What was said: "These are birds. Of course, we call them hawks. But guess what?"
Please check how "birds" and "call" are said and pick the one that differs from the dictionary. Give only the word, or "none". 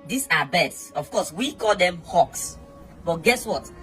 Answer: birds